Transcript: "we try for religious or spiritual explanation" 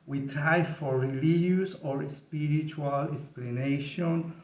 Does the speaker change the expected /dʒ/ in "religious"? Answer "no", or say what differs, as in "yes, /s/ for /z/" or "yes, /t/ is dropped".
yes, /dʒ/ is dropped